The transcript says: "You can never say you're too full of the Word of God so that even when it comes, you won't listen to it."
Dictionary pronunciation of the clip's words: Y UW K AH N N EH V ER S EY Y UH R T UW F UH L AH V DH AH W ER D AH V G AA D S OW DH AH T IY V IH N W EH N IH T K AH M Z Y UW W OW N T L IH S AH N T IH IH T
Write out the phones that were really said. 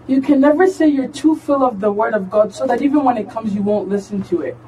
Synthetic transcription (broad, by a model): Y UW K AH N N EH V ER S EY Y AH R T UW F UH L AH V DH AH W ER D AH V G AA D S OW DH AH T IY V IH N W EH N IH T K AH M Z Y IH W OW N T L IH S AH N T IH IH T